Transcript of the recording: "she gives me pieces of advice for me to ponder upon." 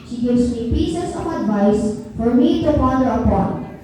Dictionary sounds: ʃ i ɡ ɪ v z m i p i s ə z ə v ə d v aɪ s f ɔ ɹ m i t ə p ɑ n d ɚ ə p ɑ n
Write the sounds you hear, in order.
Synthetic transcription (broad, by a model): ʃ i ɡ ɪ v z m i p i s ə s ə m ə d v aɪ s f ɔ ɹ m i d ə f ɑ d ɚ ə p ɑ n